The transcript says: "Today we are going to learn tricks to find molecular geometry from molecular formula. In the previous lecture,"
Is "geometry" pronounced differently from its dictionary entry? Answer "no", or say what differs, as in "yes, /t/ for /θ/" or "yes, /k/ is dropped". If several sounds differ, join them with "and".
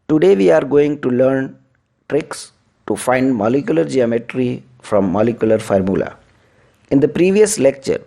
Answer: no